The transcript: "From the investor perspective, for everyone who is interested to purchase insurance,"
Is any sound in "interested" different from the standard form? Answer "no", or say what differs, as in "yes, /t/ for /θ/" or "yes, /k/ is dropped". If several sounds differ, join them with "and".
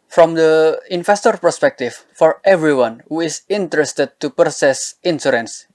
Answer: no